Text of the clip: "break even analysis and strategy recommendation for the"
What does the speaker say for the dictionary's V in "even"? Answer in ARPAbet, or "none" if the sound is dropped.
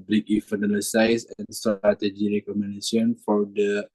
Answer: F